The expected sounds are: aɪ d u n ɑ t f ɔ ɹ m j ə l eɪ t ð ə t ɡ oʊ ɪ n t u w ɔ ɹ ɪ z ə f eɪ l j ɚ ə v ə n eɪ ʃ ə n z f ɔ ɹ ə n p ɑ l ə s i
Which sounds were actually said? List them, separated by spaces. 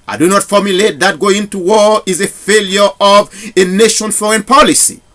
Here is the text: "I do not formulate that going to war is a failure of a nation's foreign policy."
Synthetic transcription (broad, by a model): aɪ d u n ɑ t f ɔ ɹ m j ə l eɪ t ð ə t ɡ oʊ ɪ n t u w ɔ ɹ ɪ z ə f eɪ l j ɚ ə v ə n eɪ ʃ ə n f ɔ ɹ ə n p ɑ l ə s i